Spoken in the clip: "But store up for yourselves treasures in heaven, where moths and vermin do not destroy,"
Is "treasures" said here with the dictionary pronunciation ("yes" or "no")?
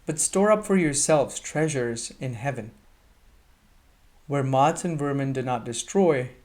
yes